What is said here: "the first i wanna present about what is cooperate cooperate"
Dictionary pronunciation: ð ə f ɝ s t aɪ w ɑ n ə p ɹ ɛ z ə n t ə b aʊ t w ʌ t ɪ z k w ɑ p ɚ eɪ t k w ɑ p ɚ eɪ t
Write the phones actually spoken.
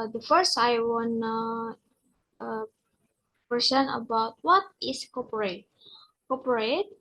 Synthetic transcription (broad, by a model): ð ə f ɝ s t aɪ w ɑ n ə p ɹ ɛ s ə n ə b aʊ t w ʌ t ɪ s k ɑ p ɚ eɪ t k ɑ p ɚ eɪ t